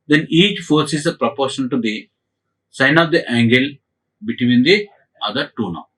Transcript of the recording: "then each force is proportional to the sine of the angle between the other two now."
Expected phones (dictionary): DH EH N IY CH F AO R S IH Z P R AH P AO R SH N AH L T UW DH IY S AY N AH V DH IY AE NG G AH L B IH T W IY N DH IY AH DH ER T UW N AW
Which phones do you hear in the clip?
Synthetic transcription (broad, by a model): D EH N IY CH F AO R S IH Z P R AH P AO R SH AH N T UW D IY S AY N AH V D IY AE NG G AH L B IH T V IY N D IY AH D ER T UW N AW